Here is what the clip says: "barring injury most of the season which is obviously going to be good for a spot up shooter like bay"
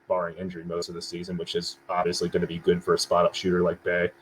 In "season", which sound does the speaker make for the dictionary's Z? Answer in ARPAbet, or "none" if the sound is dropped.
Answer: Z